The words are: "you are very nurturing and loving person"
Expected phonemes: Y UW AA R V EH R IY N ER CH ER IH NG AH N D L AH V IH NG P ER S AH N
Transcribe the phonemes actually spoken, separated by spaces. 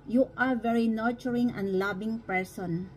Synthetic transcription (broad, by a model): Y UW AA R V EH R IY N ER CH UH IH NG AH N D L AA B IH NG P ER S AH N